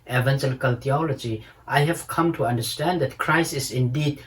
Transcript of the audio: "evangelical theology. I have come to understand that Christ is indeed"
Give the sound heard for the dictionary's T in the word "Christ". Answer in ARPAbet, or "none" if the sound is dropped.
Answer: none